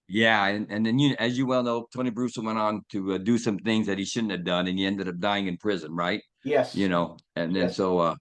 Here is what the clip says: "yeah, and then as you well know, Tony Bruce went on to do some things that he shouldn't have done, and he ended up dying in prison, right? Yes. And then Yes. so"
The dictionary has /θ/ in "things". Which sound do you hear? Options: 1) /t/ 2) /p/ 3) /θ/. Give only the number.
3